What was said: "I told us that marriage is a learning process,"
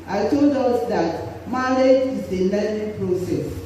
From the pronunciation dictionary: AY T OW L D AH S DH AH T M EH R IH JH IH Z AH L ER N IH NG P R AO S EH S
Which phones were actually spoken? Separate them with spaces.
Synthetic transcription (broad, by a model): AY T OW L D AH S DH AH T M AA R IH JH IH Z AH N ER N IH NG P R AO S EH S